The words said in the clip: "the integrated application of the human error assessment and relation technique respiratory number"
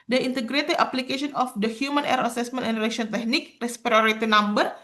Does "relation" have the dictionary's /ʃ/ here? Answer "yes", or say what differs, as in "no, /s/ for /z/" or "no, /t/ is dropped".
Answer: no, /ʃ/ is dropped